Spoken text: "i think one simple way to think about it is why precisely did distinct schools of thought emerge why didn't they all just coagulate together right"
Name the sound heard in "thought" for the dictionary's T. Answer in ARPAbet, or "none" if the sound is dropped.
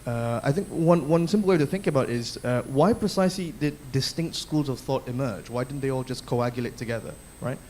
T